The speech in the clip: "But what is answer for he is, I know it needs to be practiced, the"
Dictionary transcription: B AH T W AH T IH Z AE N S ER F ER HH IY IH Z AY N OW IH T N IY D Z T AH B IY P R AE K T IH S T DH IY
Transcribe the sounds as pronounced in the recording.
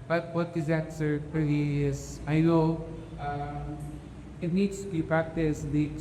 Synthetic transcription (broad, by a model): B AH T W AH T IH Z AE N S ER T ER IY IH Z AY L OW IH T N IY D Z T AH B IY P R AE K T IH S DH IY